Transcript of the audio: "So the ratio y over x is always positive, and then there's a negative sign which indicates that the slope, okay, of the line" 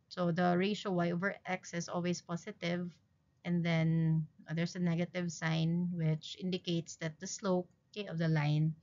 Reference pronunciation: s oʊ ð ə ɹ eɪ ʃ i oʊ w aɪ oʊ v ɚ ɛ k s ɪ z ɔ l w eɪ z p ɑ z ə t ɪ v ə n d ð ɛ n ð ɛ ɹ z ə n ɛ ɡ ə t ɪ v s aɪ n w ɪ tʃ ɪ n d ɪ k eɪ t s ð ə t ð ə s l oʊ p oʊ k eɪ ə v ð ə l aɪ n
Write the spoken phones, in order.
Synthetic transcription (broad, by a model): s oʊ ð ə ɹ eɪ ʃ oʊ w aɪ oʊ v ɚ ɛ k s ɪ s ɔ l w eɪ s p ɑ s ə t ɪ v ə n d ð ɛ n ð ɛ ɹ s ə n ɛ ɡ ə t ɪ v s aɪ n w ɪ tʃ ɪ n d ɪ k eɪ t s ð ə t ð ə s l oʊ ʊ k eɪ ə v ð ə l aɪ n